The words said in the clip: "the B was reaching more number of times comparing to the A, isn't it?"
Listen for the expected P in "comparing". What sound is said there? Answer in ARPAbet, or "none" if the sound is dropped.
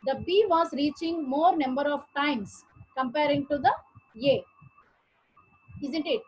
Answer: P